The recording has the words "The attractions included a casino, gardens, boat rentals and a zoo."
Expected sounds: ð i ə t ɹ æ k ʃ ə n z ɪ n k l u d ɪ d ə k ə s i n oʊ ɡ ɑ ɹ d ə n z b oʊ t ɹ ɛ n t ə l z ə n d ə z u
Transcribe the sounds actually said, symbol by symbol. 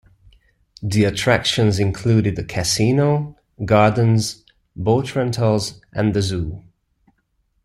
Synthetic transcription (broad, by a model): ð i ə t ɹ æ k ʃ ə n z ɪ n k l u d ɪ d ə k ə s i n oʊ ɡ ɑ ɹ d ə n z b oʊ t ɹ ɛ n t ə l z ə n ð ə z u